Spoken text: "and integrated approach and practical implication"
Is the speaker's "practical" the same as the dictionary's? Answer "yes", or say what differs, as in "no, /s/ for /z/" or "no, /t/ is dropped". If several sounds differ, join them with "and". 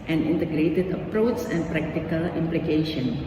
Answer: yes